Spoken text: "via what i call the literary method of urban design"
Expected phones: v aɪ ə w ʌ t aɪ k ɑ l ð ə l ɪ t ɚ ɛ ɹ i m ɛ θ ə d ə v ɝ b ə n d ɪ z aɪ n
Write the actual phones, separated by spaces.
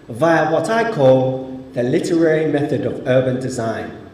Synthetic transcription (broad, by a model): v aɪ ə w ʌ t aɪ k ɑ l ð ə l ɪ t ɚ ɛ ɹ i m ɛ θ ə d ə v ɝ b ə n d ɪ z aɪ n